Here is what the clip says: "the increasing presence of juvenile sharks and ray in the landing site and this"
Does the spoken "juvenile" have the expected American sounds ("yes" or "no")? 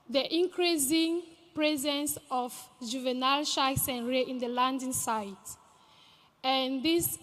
yes